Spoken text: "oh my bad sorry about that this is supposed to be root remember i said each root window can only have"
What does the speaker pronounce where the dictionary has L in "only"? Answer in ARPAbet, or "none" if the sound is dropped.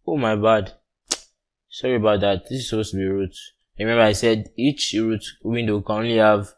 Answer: L